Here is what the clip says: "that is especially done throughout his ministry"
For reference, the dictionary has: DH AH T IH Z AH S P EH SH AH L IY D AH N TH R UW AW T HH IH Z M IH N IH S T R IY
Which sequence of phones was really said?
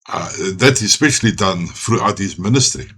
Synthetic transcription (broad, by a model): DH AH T IH Z S P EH SH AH L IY D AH N F R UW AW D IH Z M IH N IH S T R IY